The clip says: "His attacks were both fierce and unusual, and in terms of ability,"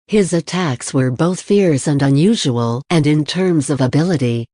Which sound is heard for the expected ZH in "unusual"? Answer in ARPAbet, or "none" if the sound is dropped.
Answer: ZH